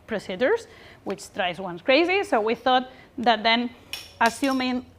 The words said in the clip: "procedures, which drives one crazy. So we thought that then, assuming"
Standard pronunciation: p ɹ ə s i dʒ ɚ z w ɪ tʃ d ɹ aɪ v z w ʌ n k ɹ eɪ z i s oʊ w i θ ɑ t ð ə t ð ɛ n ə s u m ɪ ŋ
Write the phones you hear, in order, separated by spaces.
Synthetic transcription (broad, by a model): p ɹ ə s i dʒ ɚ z w ɪ tʃ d ɹ aɪ z w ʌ n k ɹ eɪ z i s oʊ w i θ ɑ t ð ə t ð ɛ n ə s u m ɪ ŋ